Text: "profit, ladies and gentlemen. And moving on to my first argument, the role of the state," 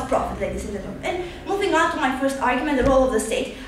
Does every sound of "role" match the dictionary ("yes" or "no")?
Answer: yes